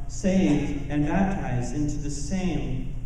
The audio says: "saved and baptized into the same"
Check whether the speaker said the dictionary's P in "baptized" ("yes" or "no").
yes